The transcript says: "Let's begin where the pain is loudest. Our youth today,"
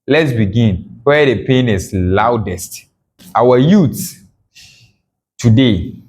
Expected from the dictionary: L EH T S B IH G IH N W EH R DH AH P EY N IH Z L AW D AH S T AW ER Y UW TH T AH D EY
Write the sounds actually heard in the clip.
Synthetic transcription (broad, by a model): L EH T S B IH G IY N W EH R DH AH P EY N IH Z L AW D AH S T AW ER Y UW S T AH D EY